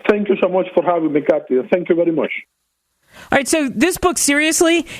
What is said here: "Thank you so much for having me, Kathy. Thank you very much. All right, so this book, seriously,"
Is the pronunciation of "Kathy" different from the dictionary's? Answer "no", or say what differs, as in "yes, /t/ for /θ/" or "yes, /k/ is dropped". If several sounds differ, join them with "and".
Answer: yes, /t/ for /θ/